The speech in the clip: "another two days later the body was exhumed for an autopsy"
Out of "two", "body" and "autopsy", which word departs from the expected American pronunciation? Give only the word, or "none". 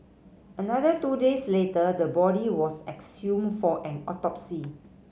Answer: none